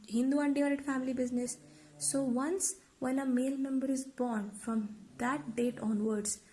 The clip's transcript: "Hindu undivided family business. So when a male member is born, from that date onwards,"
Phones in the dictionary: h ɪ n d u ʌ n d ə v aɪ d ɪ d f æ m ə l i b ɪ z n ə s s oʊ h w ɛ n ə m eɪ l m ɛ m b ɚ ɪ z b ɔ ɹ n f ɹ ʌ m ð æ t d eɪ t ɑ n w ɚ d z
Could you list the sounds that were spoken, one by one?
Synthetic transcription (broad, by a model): h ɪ n d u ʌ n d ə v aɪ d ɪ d f æ m ə l i b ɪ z n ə s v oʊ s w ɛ n ə m eɪ l m ɛ m b ɚ ɪ z b ɔ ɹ n f ɹ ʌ m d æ t d eɪ t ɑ n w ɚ d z